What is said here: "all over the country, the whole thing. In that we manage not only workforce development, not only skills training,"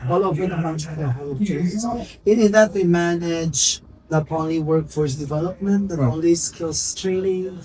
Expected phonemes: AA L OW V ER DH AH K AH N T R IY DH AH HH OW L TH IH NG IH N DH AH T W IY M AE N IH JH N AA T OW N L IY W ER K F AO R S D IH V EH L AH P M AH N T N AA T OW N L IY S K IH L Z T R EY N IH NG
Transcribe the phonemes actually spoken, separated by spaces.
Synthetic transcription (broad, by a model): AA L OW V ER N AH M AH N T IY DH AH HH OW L S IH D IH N DH AH T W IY M AE N IH JH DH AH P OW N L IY W ER K F AO R S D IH V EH L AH P M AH N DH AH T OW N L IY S K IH L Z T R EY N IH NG